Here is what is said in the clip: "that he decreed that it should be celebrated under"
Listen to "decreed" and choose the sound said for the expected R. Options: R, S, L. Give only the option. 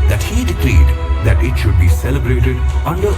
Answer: L